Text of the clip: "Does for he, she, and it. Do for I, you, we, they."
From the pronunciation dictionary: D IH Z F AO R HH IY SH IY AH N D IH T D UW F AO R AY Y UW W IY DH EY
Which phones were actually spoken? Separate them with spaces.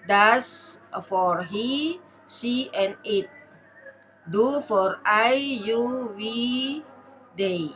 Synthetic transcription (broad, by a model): D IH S F AO R HH IY S IY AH N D IH T D UW F AO R AY Y UW W IY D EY